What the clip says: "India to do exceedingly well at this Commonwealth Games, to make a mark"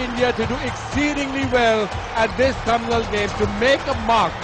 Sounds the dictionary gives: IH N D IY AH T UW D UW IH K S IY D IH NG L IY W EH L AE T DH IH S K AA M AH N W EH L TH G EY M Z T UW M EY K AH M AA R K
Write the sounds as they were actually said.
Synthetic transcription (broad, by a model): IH N D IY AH T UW D UW IH K S IY D IH NG L IY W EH L AE T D IH S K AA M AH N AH L G EY M T UW M EY K AH M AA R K